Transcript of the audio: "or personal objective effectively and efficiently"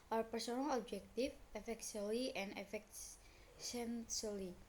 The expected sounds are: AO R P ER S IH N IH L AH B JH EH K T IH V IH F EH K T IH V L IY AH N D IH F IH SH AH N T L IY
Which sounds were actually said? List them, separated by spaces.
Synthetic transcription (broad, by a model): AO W P ER S IH N IH L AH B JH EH K T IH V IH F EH K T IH L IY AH N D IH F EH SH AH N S L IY